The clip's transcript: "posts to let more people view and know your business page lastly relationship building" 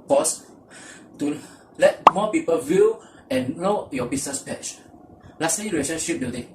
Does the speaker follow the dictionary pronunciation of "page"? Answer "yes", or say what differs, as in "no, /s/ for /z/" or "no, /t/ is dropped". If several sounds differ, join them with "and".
no, /tʃ/ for /dʒ/